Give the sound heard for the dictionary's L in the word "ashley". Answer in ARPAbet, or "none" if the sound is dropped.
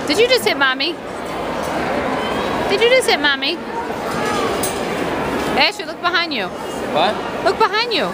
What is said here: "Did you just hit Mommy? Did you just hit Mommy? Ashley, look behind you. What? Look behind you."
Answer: none